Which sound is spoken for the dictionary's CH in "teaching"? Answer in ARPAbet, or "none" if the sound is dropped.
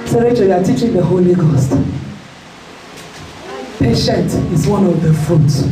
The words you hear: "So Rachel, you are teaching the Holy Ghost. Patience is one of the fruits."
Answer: CH